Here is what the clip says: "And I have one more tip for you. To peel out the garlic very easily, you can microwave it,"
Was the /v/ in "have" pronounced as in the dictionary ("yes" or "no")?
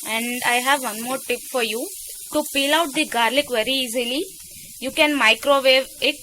yes